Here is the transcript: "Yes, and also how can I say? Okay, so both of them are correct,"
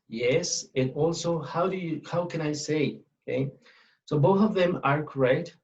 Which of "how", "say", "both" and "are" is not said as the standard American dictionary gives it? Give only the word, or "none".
none